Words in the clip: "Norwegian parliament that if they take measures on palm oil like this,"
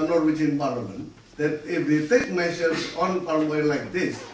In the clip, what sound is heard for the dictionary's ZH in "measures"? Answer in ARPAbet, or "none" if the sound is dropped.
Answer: S